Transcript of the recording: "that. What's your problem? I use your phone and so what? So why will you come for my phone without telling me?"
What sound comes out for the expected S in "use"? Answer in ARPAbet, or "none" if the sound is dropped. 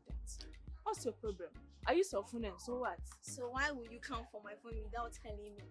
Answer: S